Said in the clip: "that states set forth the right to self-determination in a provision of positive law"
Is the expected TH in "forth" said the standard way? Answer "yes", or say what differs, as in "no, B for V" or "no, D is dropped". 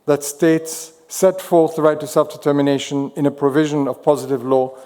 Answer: yes